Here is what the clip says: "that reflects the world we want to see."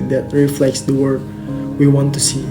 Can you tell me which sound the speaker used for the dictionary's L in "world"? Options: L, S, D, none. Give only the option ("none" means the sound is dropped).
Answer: none